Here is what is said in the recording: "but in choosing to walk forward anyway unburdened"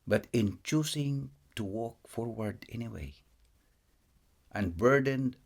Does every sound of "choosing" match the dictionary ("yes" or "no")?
no